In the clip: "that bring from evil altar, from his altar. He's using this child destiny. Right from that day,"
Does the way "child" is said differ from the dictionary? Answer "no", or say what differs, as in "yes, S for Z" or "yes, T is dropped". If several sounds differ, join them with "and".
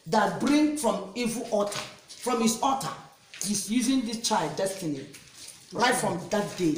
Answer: no